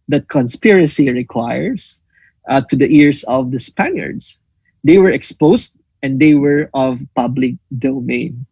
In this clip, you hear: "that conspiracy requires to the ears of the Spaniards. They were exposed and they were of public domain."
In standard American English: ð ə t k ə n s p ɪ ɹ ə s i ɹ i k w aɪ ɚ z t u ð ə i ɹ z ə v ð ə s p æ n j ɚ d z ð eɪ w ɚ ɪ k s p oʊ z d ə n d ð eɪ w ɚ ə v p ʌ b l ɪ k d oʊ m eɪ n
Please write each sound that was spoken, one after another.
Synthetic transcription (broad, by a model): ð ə t k ə n s p ɪ ɹ ə s i ɹ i k w aɪ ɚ s t u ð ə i ɹ s ə v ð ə s p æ n j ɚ d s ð eɪ w ɚ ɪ k s p oʊ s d ə n d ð eɪ w ɚ ə v p ʌ b l ɪ k d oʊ m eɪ n